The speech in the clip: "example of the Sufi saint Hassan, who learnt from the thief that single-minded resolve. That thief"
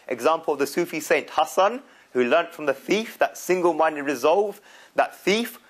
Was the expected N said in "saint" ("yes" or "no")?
yes